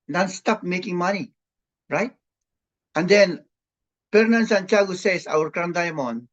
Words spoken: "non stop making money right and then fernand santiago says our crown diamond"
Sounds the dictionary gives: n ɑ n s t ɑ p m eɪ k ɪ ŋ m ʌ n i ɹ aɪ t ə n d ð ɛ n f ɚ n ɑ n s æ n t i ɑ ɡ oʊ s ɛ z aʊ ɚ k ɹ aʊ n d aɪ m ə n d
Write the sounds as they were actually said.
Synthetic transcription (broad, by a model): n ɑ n s t ɑ p m eɪ k ɪ ŋ m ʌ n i ɹ aɪ t ə n d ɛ n p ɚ n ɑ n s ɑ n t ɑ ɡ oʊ s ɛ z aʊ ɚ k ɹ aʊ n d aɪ m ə n